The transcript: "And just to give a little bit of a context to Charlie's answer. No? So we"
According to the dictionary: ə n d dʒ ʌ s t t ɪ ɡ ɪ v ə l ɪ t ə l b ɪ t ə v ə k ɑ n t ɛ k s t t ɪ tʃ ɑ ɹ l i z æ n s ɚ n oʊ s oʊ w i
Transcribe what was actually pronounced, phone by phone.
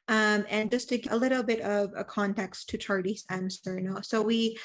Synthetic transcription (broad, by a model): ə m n dʒ ʌ s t t ɪ ɡ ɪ ə l ɪ t l b ɪ t ə v ə k ɑ n t ɛ k s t t ɪ tʃ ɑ ɹ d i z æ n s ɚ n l s oʊ w i